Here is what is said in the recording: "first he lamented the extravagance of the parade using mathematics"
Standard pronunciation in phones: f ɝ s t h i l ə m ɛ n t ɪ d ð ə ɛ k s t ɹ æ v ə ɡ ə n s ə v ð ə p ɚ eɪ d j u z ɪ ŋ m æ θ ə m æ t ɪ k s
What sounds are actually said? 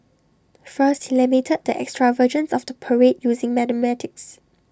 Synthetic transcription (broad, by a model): f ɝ s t h i l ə m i t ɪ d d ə ɛ k s t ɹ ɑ v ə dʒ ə n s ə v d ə p ɚ eɪ d j u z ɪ ŋ m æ t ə m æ t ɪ k s